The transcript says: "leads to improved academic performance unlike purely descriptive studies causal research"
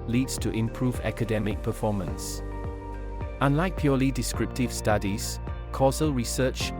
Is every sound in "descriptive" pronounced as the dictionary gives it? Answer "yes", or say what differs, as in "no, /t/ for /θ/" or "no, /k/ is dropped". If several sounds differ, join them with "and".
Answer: yes